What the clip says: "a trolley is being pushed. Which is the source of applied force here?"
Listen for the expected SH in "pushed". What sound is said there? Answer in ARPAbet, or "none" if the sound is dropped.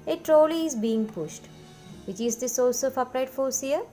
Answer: SH